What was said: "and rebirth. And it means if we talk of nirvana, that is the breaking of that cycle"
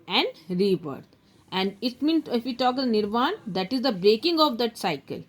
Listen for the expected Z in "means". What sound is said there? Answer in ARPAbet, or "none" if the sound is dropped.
none